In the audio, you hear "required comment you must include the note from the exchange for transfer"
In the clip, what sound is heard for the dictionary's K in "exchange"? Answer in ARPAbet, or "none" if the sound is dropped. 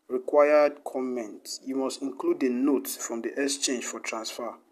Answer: none